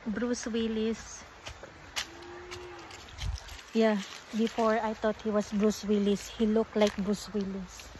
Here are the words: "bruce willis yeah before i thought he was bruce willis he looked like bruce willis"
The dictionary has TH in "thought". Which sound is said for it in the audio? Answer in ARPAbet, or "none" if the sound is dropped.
T